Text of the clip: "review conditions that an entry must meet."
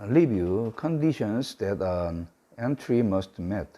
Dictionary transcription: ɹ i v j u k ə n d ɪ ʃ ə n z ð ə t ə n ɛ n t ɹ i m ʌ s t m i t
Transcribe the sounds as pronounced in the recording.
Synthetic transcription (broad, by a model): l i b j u k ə n d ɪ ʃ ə n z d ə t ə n ɛ n t ɹ i m ʌ s t m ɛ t